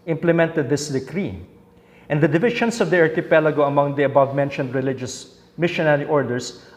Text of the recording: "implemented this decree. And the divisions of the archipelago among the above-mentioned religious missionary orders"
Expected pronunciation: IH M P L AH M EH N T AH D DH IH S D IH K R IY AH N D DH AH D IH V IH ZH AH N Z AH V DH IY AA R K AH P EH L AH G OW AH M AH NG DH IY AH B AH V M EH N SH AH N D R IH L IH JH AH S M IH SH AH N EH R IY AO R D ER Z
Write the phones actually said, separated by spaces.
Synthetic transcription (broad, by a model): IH M P L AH M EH N T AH D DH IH S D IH K R IY AH N D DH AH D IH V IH SH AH N S AH V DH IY AA R K AH P EH L AH G OW AH M AH NG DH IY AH B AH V M EH N SH AH N D R IH L IH JH AH S M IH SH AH N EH R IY AO R D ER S